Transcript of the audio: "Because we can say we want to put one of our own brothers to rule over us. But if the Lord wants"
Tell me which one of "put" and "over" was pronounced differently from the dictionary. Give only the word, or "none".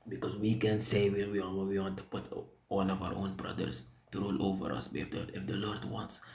none